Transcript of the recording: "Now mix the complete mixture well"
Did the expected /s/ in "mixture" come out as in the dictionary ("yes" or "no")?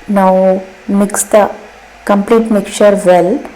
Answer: no